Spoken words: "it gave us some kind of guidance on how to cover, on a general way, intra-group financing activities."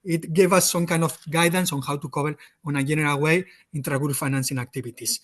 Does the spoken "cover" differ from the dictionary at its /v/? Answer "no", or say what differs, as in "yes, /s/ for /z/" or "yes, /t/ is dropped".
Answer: yes, /b/ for /v/